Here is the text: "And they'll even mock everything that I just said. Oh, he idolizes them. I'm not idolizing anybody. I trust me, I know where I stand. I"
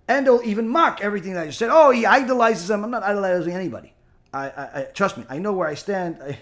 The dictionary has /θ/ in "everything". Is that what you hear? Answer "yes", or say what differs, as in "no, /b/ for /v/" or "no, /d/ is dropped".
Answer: yes